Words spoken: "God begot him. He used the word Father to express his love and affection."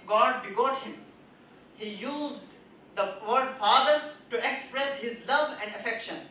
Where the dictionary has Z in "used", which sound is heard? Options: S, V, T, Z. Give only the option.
Z